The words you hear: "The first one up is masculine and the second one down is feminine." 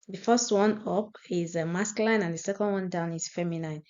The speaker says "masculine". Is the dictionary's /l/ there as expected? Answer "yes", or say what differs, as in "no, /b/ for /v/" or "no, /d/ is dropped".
no, /l/ is dropped